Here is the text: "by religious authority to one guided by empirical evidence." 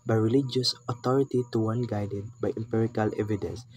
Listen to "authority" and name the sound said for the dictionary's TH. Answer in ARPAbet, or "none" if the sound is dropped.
T